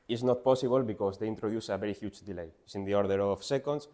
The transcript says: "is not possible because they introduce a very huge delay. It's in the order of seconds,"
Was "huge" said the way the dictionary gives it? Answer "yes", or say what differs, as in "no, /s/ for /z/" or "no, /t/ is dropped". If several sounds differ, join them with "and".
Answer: no, /tʃ/ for /dʒ/